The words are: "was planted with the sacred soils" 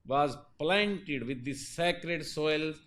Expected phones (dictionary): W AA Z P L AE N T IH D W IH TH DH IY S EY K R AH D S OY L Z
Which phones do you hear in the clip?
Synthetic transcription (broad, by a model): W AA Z P L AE N T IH D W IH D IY S EY K R AH D S OY L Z